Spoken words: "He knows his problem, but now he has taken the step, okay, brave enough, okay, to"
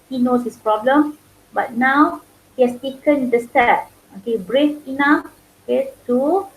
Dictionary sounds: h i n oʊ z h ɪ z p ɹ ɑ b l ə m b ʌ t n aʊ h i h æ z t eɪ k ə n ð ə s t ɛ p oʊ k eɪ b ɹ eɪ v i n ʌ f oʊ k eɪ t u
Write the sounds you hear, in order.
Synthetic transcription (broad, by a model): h i n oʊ s h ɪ s p ɹ ɑ b l ə m b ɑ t n aʊ h i h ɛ s t eɪ k ə n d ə s t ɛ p oʊ k eɪ b ɹ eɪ f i n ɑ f oʊ k eɪ t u